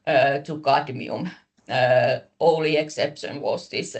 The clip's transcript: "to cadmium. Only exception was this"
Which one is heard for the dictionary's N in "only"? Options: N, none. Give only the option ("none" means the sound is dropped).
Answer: none